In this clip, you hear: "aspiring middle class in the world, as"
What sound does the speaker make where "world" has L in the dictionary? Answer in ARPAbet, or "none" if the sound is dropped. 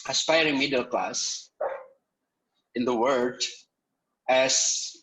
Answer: none